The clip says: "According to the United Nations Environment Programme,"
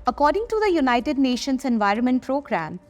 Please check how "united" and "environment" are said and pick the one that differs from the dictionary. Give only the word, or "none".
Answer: none